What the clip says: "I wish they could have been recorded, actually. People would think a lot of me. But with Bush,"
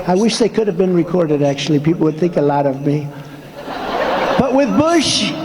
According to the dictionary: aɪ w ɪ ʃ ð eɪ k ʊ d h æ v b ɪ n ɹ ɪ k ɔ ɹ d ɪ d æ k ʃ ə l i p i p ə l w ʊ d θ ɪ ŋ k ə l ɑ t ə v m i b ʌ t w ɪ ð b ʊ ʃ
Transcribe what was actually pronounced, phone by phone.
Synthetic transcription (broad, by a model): aɪ w ɪ ʃ ð eɪ k ʊ d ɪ v b ɪ n ɹ ɪ k ɔ ɹ d ɪ d æ k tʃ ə l i p i p l w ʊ d θ ɪ ŋ k ə l ɑ t ə v m i b ʌ t w ɪ ð b ʊ ʃ